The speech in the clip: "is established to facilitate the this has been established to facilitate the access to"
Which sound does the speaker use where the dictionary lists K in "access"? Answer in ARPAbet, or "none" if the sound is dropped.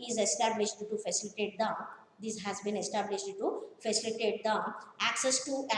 K